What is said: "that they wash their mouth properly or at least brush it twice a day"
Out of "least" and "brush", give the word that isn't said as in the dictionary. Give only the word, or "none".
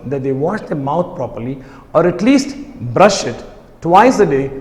none